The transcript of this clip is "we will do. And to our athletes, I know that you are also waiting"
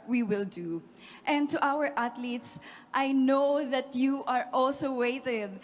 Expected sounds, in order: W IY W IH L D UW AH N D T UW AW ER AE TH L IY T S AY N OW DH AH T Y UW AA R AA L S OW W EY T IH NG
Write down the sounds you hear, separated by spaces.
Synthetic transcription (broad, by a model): W IY W IH L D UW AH N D T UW AW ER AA T L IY T S AY N OW DH AH T Y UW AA R AA L S OW W EY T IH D